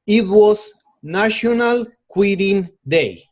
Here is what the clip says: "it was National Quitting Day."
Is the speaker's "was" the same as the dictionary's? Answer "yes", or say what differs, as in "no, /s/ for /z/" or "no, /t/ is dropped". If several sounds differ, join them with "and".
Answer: no, /s/ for /z/